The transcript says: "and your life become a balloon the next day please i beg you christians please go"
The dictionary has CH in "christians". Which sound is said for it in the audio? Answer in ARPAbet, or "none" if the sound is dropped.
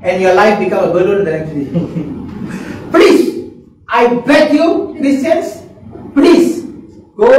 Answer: none